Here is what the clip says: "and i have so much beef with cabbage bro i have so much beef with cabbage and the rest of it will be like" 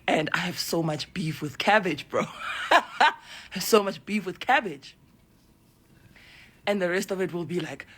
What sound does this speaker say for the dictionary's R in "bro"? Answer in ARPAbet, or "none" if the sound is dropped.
R